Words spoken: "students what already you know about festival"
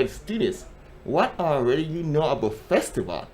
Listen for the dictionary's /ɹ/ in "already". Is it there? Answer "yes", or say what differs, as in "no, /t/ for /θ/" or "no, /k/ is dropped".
yes